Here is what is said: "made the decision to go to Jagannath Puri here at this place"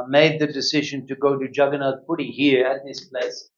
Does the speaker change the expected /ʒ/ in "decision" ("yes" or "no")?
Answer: no